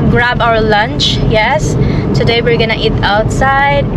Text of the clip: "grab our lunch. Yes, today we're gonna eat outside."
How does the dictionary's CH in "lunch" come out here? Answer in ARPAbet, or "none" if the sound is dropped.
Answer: CH